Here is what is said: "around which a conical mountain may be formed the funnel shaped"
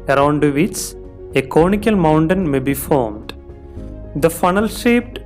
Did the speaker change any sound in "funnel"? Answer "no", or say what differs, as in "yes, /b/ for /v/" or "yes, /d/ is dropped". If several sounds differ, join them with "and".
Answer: no